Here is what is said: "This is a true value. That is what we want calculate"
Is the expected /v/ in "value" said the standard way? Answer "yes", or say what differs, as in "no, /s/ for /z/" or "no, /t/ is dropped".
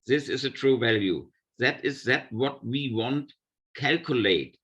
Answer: yes